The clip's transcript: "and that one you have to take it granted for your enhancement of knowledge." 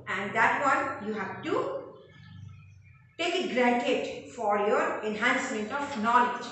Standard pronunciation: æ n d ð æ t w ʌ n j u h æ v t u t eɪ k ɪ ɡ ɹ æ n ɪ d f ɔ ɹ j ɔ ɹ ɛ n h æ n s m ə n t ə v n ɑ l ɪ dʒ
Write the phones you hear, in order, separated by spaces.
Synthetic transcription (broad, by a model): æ n d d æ t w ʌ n j u h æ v t u t eɪ k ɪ ɡ ɹ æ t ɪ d f ɔ ɹ j ɔ ɹ ɛ n h æ n s m ə n t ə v n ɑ l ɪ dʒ